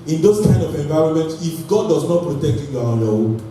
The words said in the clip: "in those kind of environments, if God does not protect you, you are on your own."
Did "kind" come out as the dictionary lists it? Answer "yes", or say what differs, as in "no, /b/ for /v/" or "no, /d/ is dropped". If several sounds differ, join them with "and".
no, /d/ is dropped